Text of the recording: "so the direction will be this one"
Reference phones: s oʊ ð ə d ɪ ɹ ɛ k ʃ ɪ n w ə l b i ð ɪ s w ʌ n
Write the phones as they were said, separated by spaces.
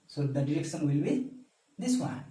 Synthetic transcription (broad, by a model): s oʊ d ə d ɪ ɹ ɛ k s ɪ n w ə l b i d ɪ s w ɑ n